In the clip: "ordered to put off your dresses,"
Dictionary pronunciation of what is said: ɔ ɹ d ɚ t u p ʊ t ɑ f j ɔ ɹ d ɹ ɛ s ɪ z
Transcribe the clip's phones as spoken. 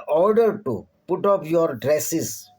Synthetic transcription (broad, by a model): ɔ ɹ d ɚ t u p ʊ t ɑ p j ɔ ɹ d ɹ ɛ s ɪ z